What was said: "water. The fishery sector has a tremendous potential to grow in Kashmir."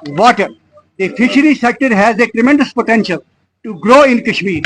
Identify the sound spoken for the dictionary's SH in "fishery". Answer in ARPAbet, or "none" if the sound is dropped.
SH